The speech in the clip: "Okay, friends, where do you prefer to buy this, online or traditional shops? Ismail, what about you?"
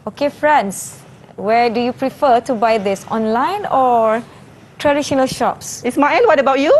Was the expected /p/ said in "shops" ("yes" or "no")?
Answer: yes